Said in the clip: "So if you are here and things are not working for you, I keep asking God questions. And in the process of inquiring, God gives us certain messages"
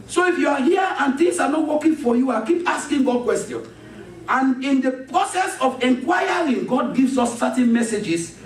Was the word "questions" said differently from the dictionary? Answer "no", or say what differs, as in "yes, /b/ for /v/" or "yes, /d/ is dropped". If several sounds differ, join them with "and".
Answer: yes, /z/ is dropped